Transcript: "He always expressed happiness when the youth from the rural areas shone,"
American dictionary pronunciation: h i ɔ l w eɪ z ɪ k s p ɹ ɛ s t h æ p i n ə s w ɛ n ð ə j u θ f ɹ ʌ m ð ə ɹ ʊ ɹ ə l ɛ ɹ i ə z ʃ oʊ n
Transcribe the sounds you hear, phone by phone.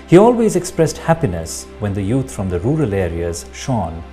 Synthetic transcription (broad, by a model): h i ɔ l w eɪ z ɪ k s p ɹ ɛ s t h æ p i n ə s w ɛ n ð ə j u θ f ɹ ʌ m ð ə ɹ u ɹ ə l ɛ ɹ i ə z ʃ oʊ n